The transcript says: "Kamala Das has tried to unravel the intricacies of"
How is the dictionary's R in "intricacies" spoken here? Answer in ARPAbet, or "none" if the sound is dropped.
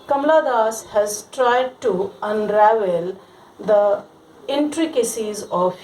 R